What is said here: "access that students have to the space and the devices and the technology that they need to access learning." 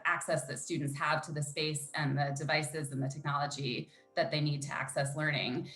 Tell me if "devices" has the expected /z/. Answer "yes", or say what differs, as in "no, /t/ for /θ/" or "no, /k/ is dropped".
yes